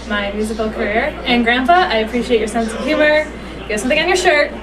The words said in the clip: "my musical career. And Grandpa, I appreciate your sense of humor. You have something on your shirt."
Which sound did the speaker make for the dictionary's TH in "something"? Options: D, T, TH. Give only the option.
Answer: TH